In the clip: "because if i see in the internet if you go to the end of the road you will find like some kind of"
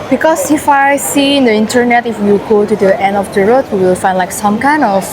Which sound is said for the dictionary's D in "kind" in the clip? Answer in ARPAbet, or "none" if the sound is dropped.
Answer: none